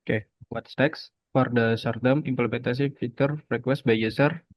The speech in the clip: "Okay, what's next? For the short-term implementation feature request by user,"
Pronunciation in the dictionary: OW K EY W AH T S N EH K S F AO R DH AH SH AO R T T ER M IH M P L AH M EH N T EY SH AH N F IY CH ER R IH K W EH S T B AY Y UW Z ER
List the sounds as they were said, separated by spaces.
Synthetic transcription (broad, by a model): K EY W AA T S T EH K S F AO R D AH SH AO R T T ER M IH M P L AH M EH N T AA S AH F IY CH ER R IH K W EH S T B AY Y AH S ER